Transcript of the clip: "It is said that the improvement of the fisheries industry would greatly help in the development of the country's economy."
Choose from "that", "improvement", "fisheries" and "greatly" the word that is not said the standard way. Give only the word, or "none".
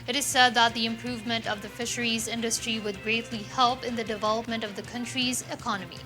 none